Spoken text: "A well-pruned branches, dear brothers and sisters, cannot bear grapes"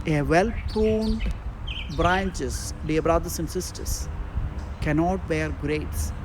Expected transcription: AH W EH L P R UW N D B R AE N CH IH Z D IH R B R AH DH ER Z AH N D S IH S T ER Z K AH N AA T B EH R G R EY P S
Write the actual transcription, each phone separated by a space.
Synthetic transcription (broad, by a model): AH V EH L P UW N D B R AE N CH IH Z D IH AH B R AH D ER S AH N D S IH S T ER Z K AH N AA T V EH R G R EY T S